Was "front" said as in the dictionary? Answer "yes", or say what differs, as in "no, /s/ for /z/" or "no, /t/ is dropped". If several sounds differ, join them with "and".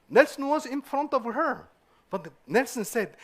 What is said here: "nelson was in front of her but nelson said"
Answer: yes